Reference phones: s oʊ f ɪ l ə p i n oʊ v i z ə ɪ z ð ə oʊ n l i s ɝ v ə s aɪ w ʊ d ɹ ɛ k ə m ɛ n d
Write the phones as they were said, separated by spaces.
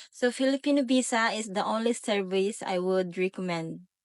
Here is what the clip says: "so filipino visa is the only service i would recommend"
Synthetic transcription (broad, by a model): s oʊ f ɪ l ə p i n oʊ b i s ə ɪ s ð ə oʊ n l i s ɝ v ə s aɪ w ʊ d ɹ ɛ k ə m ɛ n d